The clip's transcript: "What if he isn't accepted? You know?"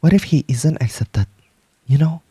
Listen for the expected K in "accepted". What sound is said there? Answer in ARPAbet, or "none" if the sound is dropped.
K